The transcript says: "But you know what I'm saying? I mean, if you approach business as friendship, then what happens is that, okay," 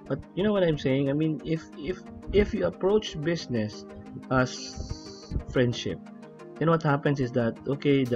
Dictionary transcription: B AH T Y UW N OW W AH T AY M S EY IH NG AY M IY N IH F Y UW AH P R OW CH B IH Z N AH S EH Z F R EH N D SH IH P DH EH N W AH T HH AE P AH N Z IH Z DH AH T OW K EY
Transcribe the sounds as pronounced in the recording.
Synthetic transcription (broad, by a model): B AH T Y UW N OW W AH T AY M S EY IH NG AY M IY N IH F Y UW AH P R OW CH B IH S N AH S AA S F R EH N D SH IH P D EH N W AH T HH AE P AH N S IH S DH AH T OW K EY